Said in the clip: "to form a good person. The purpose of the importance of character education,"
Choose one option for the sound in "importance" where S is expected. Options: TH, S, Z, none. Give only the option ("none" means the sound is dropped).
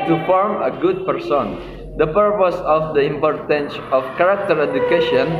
S